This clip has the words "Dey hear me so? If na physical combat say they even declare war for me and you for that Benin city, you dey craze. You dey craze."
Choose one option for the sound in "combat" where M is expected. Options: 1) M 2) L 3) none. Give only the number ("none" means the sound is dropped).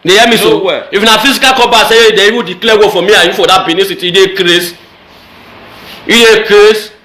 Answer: 3